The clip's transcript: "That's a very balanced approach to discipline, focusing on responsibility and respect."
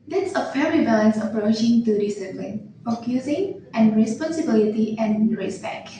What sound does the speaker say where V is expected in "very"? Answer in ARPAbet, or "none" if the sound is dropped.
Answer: F